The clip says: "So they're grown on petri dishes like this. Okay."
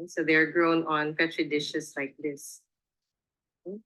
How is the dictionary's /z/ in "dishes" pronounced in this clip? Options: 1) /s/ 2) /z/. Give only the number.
1